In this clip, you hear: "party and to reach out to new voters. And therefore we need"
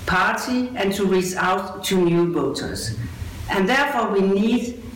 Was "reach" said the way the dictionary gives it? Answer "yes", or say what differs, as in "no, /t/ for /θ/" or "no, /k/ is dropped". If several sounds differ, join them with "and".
no, /s/ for /tʃ/